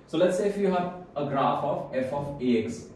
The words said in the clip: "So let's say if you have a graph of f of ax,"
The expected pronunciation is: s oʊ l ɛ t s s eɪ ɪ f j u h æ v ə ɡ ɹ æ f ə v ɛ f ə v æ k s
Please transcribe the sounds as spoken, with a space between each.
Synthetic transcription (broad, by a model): s oʊ l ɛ t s s eɪ ɪ f j u h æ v ə ɡ ɹ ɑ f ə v ɛ f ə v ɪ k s